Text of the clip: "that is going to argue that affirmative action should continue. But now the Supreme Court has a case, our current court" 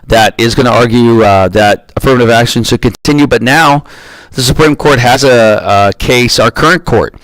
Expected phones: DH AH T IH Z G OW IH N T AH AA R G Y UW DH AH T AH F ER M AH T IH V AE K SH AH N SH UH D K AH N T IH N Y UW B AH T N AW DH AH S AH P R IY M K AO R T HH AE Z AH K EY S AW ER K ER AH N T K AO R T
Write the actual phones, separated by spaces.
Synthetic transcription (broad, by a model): DH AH T IH Z G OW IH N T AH AA R G Y UW DH AH T AH F ER M AH T IH V AE K SH AH N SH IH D K AH N T IH N Y UW B AH T N AW DH AH S AH P R IY M K AO R T HH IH Z AH K EY S AW ER K ER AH N K AO R T